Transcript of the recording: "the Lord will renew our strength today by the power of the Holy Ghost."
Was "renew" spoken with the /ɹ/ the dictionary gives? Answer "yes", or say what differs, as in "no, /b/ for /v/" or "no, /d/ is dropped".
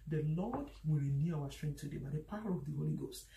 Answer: yes